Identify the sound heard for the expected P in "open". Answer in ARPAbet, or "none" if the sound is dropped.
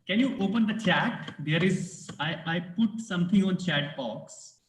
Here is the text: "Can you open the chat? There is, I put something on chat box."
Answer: P